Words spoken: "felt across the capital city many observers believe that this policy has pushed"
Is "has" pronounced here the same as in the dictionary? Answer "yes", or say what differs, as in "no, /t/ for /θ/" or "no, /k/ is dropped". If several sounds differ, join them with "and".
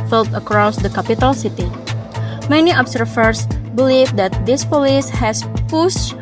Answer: no, /s/ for /z/